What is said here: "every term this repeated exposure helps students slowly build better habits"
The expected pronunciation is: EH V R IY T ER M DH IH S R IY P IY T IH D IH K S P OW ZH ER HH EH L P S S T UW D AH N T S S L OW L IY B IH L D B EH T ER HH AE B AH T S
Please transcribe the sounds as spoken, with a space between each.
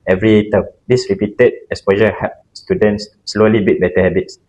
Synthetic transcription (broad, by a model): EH V R IY T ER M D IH S R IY P IY T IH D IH S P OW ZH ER HH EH P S S T UW D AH N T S S L OW L IY B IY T B EH T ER HH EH B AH T S